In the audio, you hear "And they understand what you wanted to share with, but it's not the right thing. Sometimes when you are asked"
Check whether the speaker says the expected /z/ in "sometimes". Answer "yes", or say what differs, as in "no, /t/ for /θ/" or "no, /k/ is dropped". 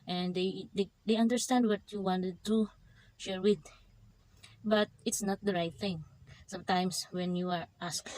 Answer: no, /s/ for /z/